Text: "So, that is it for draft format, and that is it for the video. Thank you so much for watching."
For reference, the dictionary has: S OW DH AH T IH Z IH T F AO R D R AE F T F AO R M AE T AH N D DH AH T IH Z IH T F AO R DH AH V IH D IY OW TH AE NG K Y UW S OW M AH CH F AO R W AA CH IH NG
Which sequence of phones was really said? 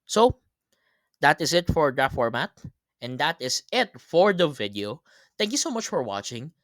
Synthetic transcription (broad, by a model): S OW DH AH T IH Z IH T F AO R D AH T F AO R M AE T AH N D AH T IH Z IH T F AO R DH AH V IH D IY OW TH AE NG K Y UW S OW M AH CH F AO R W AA CH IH NG